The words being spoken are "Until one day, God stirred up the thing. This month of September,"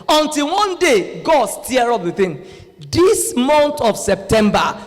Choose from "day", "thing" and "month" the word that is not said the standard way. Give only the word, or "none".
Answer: month